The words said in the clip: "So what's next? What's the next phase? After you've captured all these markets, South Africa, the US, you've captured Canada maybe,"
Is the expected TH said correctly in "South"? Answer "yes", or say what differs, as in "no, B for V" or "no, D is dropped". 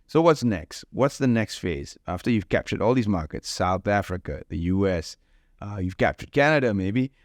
yes